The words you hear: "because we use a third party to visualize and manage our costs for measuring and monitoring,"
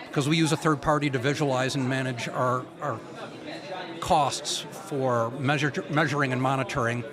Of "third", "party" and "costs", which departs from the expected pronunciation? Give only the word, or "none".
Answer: none